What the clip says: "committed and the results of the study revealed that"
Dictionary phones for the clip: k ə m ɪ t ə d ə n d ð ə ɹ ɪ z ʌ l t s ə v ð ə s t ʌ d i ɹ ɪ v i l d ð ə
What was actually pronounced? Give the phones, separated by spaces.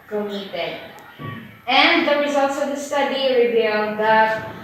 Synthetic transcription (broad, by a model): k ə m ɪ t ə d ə n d ð ə ɹ ɪ z ʌ l t s ə v ð ə s t ʌ d i ɹ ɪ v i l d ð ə